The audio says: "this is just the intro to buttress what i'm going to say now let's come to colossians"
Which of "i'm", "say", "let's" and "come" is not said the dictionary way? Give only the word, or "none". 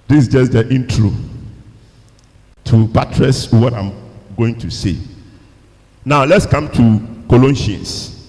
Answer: none